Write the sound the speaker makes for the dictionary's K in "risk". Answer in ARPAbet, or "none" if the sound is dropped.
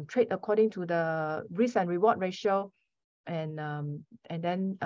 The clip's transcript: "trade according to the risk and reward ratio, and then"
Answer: none